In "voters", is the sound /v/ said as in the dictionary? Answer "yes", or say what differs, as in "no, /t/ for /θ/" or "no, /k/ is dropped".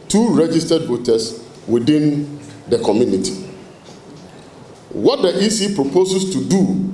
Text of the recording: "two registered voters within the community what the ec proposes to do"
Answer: no, /b/ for /v/